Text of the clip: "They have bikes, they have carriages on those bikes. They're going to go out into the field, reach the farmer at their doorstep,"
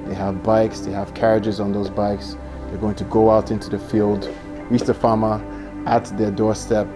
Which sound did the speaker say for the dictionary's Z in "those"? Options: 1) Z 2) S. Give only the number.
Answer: 1